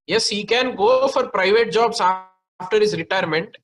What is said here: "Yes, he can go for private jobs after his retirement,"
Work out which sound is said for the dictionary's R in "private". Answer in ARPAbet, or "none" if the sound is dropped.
R